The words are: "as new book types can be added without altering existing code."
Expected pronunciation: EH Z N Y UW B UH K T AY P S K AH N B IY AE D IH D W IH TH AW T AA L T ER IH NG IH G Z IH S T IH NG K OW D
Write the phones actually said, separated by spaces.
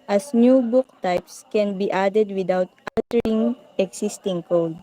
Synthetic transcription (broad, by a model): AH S N Y UW B UH K T AY P S K AH N B IY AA D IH D W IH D AW T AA T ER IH NG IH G S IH S T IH NG K OW D